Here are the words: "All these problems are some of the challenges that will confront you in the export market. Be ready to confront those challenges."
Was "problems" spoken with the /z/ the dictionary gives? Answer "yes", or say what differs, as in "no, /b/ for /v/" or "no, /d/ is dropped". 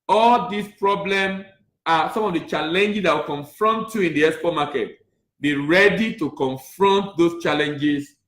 no, /z/ is dropped